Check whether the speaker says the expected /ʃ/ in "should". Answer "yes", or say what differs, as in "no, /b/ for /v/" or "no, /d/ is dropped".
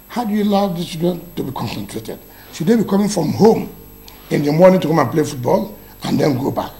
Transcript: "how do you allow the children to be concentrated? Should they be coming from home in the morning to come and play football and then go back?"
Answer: no, /s/ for /ʃ/